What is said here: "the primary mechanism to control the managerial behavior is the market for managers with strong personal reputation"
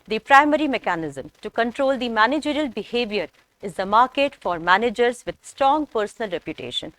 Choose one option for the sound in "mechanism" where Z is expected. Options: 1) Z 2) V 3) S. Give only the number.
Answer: 1